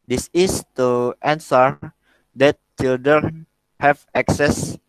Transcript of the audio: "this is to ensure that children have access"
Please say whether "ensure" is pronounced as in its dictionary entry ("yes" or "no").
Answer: no